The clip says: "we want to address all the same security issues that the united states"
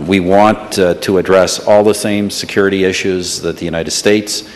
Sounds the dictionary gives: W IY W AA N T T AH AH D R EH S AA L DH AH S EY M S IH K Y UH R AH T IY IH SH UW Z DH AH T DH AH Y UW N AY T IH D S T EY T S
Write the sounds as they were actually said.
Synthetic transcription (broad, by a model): W IY W AA N T T AH AH D R EH S AA L DH AH S EY M S IH K Y UH R AH T IY IH SH UW Z DH AH T DH AH Y UW N AY T IH D S T EY T S